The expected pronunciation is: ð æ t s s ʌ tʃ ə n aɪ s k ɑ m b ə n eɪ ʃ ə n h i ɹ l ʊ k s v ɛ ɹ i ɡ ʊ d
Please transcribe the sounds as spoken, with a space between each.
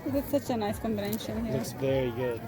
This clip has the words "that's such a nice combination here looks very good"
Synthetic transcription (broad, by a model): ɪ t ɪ s ʌ tʃ ə n aɪ s k ɑ m b ə n eɪ ʃ ə n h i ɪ s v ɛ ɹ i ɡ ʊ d